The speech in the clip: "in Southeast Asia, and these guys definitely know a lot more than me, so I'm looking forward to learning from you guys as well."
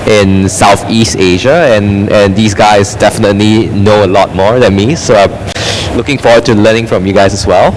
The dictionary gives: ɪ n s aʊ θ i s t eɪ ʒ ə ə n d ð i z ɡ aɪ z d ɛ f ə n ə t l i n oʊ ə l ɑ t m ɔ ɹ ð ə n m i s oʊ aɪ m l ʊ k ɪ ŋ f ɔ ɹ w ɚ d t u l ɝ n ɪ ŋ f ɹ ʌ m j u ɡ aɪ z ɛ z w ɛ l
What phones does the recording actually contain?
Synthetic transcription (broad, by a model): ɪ n s aʊ θ i s t eɪ ʒ ə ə n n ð i s ɡ aɪ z d ɛ f ə n ə t l i n oʊ ə l ɑ t m ɔ ɹ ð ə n m i s oʊ aɪ m l ʊ k ɪ ŋ f ɔ w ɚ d t u l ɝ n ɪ ŋ f ɹ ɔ m j u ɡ aɪ s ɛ s w ɛ l